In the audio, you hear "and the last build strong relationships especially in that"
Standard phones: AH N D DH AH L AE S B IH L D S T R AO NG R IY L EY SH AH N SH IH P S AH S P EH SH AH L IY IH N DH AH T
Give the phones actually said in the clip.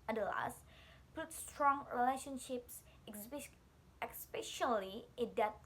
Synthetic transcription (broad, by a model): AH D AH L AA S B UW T S T R AO NG R IY L EY SH AH N SH IH P S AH S P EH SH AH L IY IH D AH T